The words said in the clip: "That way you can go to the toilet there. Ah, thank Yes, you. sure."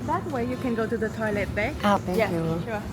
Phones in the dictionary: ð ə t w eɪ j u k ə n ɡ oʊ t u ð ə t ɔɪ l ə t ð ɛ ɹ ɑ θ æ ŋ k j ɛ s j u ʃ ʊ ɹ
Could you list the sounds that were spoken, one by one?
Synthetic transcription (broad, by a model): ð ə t w eɪ j u k ə n ɡ oʊ t u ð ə t ɔɪ l ə t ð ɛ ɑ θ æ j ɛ j u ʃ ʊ